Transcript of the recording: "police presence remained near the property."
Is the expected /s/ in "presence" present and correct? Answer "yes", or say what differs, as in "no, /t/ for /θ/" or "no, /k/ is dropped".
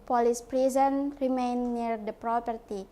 no, /s/ is dropped